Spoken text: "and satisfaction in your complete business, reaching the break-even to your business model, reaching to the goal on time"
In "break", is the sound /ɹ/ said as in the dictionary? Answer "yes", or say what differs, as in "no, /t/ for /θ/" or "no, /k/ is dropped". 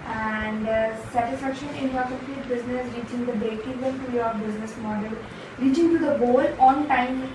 no, /ɹ/ is dropped